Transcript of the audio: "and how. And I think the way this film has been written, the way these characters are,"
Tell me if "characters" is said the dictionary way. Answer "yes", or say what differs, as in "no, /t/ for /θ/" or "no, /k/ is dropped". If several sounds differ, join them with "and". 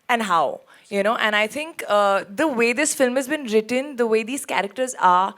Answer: yes